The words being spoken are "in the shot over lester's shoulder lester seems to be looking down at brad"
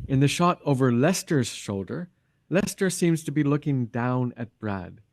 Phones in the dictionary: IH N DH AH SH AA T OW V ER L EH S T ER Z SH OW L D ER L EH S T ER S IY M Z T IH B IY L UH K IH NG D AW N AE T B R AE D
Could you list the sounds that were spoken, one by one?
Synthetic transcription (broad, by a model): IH N DH AH SH AA T OW V ER L EH S T ER Z SH OW L D ER L EH S T ER S IY M Z T IH B IY L UH K IH NG D AW N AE T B R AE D